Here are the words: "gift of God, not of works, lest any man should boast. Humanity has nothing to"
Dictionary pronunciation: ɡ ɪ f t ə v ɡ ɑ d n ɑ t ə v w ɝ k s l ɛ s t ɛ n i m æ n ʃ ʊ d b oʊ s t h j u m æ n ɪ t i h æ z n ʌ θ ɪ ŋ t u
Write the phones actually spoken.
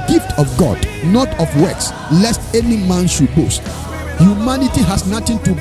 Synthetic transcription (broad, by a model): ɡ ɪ f t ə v ɡ ɑ d n ɑ t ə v w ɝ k s l ɛ s t ɛ n i m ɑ n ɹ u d b oʊ s t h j u m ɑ n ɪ t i h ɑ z n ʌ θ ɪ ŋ t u